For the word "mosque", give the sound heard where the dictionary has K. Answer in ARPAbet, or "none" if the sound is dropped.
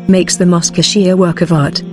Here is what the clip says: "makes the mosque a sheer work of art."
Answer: K